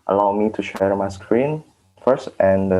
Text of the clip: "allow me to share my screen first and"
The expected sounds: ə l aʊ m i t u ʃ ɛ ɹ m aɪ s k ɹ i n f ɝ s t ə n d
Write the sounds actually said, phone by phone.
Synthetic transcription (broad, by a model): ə l aʊ m i t u ʃ ɛ ɹ m aɪ s k ɹ i n f ɝ s t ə n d